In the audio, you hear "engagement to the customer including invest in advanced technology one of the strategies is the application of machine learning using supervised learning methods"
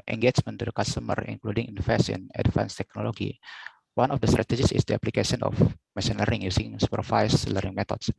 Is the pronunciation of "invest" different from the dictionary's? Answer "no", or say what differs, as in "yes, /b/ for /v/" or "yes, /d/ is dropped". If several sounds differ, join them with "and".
yes, /t/ is dropped